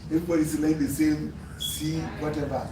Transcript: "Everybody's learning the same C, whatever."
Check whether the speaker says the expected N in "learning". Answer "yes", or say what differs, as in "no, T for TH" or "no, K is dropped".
no, N is dropped